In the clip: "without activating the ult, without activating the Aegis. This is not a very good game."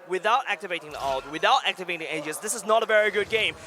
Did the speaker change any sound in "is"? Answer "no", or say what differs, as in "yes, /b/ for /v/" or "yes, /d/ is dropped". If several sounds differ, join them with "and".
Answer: no